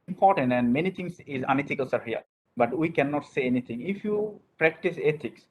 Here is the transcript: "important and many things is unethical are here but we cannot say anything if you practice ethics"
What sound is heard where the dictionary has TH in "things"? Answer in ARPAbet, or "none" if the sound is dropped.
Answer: T